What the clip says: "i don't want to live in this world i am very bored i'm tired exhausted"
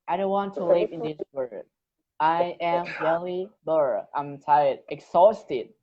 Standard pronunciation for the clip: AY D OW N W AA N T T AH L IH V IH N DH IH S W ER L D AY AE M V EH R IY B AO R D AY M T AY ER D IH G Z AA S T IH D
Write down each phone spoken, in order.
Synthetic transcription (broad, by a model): AY D OW N W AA N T T AH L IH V IH N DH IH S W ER D AY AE M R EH L IY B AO R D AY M T AY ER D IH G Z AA S T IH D